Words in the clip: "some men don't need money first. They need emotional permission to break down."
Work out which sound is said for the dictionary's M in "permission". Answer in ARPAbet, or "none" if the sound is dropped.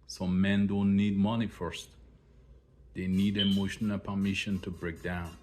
M